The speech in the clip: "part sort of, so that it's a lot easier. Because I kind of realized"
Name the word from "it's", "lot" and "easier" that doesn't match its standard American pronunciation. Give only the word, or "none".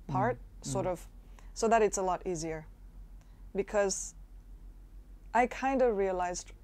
none